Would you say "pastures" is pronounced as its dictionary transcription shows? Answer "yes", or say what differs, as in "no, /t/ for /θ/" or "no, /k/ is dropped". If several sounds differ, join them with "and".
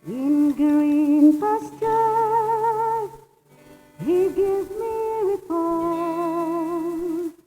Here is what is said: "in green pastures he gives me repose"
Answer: no, /z/ is dropped